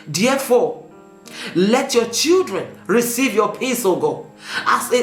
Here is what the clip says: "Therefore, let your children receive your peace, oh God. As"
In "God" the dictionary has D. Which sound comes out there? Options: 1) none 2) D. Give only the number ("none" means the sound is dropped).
1